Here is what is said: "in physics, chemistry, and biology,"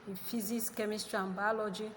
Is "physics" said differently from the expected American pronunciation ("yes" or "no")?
yes